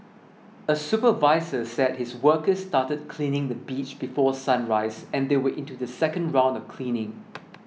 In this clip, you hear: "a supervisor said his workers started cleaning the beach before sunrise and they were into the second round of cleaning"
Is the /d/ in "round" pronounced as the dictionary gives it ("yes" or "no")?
yes